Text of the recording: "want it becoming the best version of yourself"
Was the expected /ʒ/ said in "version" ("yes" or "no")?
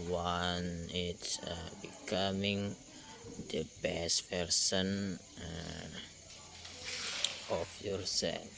no